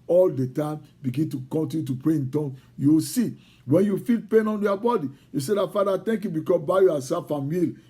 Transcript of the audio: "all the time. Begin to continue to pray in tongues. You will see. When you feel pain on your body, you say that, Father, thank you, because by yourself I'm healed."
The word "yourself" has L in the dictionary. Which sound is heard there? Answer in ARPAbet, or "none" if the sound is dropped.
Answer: none